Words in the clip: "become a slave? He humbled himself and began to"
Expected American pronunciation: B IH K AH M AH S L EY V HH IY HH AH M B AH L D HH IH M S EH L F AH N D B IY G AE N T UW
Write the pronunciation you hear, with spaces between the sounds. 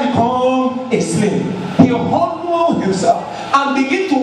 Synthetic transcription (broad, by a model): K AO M AH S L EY P HH IY HH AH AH N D HH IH M S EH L F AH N B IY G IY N T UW